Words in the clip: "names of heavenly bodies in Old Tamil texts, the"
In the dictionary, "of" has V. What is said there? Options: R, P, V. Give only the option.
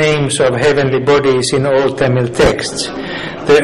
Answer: V